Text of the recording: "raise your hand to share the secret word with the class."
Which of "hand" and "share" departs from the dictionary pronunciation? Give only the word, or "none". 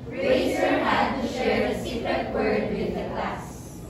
hand